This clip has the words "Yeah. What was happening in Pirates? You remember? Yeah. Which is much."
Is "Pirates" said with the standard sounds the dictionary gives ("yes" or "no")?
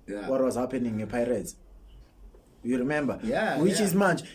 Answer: no